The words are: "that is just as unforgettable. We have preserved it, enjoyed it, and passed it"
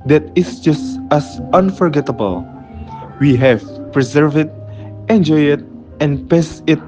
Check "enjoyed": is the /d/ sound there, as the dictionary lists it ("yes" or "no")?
no